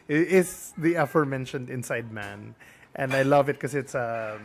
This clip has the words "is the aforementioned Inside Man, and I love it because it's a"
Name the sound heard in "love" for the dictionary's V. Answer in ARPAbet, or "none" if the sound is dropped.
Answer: V